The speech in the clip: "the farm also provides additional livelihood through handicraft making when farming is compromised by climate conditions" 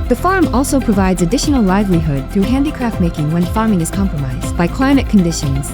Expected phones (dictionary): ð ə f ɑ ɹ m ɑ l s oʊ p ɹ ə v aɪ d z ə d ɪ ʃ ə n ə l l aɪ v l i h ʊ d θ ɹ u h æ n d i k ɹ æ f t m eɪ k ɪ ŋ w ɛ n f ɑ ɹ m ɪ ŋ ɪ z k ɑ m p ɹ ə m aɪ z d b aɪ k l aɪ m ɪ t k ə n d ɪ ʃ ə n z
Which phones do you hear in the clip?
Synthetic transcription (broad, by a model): ð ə f ɑ ɹ m ɑ l s oʊ p ɹ ə v aɪ d z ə d ɪ ʃ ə n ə l l aɪ v l i h ʊ d θ ɹ u h æ n d i k ɹ æ f t m eɪ k ɪ ŋ w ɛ n f ɑ ɹ m ɪ ŋ ɪ z k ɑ m p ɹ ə m aɪ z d b aɪ k l aɪ m ɪ t k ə n d ɪ ʃ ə n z